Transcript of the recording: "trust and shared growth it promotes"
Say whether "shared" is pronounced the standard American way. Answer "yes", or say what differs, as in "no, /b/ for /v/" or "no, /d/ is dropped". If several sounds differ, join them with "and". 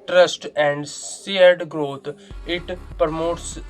no, /s/ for /ʃ/